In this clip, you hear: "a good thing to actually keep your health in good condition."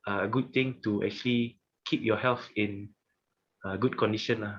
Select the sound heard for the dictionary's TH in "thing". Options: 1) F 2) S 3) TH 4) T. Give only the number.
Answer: 4